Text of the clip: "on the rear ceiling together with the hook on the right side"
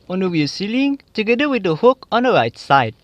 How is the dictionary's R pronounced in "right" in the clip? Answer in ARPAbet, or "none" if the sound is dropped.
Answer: R